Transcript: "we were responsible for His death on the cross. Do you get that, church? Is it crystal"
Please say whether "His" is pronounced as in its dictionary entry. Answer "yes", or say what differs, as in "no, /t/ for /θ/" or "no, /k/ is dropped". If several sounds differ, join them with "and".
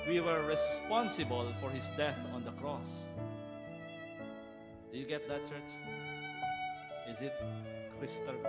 no, /s/ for /z/